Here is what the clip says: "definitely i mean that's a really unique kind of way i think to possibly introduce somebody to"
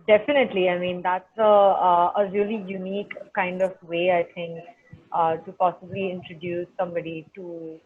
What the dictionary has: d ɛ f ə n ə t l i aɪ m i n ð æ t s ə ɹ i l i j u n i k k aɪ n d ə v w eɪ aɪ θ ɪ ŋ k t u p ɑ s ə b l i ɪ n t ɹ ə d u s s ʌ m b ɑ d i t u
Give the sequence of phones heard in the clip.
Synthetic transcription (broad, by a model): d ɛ f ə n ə t l i aɪ m i n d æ t s ə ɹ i l i j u n i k k aɪ n d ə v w eɪ aɪ t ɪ ŋ k t u p ɑ s ə b l i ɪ n t ɹ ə d u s s ʌ m b ɑ d i t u